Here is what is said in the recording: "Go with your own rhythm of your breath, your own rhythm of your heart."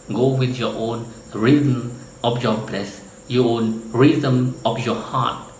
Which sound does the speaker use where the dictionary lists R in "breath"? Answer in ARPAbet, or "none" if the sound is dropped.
L